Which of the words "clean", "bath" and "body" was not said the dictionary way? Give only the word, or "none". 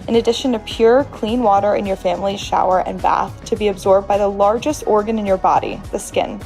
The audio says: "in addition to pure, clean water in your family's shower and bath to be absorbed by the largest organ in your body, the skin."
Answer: none